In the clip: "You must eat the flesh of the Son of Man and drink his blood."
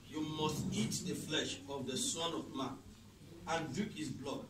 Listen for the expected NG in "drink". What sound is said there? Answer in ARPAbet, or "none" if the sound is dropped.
none